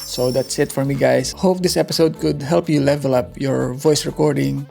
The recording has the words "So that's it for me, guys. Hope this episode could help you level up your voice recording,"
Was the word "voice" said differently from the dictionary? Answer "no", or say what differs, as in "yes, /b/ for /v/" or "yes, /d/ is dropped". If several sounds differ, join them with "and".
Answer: no